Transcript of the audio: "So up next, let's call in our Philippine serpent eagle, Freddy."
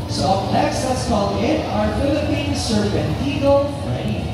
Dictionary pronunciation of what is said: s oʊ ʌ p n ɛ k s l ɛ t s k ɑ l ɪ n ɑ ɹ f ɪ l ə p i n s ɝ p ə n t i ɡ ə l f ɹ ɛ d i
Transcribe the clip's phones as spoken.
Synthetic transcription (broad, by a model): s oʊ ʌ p l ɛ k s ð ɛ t s k ɑ l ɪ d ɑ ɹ f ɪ l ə p i n s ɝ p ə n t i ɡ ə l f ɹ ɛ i